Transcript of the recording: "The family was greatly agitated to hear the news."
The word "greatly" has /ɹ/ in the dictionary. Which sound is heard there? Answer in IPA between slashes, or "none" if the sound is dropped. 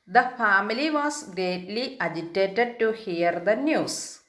none